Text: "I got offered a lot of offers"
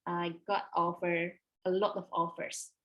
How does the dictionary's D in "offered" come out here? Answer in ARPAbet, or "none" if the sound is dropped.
none